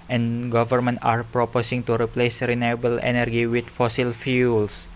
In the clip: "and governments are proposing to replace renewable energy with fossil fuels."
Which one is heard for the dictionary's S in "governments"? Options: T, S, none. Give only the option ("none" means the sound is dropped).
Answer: none